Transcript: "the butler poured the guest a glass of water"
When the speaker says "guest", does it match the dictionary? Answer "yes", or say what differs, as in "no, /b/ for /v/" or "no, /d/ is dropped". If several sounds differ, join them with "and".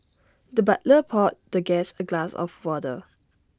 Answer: no, /t/ is dropped